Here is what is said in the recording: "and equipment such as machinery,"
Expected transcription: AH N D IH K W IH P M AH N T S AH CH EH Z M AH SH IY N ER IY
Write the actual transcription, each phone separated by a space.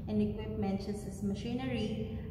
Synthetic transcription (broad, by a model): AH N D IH K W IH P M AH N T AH S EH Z M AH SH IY N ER IY